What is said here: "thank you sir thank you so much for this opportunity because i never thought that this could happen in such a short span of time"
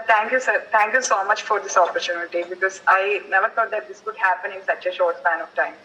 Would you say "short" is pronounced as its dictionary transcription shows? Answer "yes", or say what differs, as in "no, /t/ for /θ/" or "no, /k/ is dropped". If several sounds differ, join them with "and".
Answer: yes